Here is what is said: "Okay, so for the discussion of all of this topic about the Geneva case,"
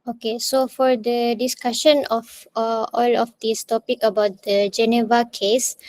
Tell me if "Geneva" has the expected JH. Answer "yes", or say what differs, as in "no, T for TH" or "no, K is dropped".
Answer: yes